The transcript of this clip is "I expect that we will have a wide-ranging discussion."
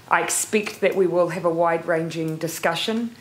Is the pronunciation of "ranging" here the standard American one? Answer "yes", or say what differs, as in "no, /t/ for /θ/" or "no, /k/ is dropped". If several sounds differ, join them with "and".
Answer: yes